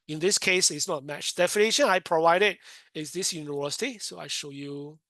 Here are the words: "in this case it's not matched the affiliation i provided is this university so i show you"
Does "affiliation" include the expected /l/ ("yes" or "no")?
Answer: no